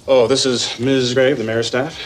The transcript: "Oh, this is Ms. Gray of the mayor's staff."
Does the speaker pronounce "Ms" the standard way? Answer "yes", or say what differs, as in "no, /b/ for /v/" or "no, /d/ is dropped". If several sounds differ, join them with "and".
yes